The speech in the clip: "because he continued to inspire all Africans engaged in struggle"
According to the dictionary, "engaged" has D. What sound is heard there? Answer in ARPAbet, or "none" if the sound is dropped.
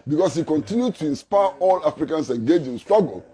none